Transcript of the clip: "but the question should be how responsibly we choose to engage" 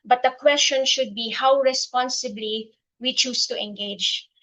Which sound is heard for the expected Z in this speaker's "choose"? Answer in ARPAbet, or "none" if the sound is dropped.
S